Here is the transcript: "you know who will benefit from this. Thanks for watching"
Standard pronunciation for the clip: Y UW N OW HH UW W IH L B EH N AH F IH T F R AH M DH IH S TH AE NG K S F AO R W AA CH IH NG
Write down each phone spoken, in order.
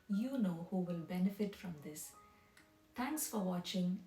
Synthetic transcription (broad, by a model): Y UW N OW HH UW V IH L B EH N AH F IH T F R AH M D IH S T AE NG K S F AO R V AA CH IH NG